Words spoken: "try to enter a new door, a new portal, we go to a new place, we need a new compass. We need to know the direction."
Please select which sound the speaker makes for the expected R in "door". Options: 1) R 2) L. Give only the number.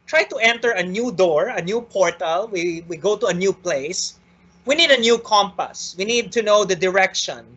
1